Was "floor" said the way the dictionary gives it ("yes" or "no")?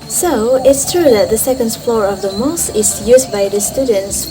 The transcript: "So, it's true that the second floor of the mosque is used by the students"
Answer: yes